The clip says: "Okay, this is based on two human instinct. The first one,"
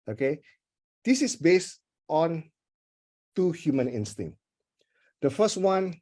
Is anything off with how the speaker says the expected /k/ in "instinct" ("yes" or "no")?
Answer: yes